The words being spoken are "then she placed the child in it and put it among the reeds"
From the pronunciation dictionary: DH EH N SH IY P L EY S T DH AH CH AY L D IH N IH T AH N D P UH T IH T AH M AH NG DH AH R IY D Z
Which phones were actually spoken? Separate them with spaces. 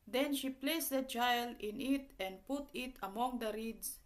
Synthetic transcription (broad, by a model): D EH N SH IY P L EY S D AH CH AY L IH N IH T AH N D P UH T IH T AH M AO NG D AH R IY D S